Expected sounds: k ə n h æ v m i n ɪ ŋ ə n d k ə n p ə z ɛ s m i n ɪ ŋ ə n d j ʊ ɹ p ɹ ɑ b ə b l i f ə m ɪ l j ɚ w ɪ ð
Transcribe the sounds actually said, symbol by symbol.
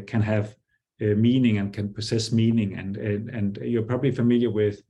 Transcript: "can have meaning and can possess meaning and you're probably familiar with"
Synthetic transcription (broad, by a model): k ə n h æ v m i n ɪ ŋ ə n k ə n p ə s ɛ s m i n ɪ ŋ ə n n j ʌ ɹ p ɹ ɑ b ə b l i f ə m ɪ l j ɚ w ɪ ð